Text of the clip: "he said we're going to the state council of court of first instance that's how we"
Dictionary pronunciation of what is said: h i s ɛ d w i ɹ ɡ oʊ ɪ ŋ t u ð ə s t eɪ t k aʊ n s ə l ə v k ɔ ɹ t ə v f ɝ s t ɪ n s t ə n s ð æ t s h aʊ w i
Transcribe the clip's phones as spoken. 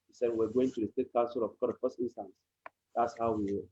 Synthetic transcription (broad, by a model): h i s ɛ d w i w ɡ oʊ ɪ ŋ t u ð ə s t eɪ t k aʊ n s ə l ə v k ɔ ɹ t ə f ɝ s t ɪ n s t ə n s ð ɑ t s h aʊ w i